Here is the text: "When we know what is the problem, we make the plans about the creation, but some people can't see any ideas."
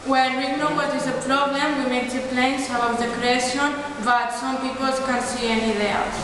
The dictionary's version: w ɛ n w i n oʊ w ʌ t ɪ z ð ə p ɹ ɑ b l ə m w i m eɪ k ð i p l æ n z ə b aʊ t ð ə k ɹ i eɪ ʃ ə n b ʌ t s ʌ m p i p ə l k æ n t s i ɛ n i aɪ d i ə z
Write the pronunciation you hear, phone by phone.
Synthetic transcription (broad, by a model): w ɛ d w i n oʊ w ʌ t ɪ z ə p ɹ ɑ b l ə m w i m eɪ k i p l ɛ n s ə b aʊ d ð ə k ɹ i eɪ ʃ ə n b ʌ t s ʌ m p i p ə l k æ n s i ɛ n i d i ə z